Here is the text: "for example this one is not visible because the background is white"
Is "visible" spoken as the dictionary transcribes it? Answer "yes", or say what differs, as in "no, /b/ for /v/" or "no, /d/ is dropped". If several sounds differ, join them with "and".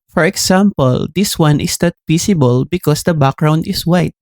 no, /s/ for /z/